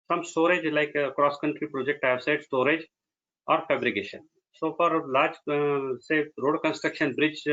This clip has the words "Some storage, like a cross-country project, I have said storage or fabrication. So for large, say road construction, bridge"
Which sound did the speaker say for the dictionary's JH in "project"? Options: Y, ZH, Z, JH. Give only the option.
JH